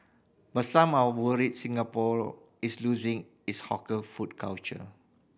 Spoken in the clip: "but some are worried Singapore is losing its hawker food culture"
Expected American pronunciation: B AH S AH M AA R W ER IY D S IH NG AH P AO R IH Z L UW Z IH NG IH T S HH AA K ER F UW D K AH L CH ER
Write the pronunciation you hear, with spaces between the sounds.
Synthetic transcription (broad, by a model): B AH S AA M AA W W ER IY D S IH NG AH P AO R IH S L UW Z IH NG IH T S HH AA K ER F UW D K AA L CH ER